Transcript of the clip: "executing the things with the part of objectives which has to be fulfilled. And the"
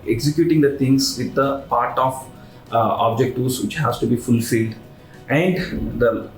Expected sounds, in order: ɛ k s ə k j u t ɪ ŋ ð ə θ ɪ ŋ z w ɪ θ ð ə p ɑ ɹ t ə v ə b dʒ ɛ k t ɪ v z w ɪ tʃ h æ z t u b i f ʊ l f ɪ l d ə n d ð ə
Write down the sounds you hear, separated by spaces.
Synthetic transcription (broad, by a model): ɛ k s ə k j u t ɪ ŋ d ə t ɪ ŋ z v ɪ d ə p ɑ ɹ t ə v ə b dʒ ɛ k t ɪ z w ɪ tʃ h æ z t u b i f ʊ l f ɪ l d ə n d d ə